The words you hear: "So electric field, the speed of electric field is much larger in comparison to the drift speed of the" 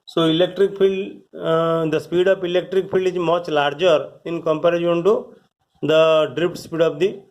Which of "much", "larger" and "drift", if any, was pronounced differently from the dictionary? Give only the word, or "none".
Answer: drift